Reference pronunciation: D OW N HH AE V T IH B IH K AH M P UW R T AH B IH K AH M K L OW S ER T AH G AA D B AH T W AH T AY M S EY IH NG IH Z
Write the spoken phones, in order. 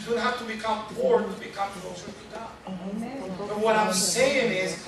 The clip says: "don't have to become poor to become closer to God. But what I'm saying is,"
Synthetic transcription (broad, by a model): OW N HH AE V T IH B IH K AH M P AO R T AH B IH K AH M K OW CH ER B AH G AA B AH T W AH T AY M S EY IH NG IH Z